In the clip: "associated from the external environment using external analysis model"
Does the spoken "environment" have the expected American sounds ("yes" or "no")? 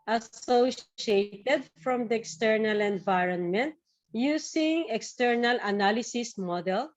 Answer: yes